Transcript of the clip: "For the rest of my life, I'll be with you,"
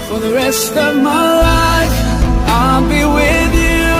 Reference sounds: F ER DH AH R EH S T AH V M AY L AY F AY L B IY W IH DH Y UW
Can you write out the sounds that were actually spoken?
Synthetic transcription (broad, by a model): F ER DH AH R EH S T AH V M AY L AY F AY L B IY W IH DH Y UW